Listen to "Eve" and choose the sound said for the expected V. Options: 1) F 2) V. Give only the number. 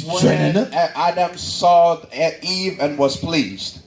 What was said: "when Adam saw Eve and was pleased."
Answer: 2